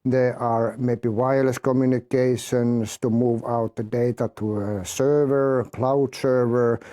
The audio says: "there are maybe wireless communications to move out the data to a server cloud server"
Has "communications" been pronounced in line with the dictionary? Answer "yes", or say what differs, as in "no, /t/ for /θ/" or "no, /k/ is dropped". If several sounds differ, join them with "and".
no, /s/ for /z/